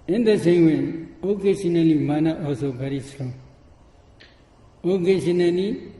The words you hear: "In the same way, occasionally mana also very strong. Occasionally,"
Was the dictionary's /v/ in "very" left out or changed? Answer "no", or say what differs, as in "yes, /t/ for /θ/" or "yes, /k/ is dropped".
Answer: yes, /b/ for /v/